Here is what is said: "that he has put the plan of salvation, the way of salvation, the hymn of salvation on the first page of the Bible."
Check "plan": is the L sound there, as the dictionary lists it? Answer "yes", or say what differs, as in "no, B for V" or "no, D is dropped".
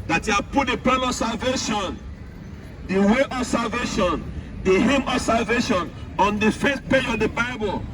no, L is dropped